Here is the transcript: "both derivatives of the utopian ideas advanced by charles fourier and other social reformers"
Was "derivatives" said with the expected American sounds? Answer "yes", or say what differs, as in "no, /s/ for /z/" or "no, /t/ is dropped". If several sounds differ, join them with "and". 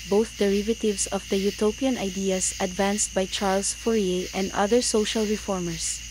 no, /s/ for /z/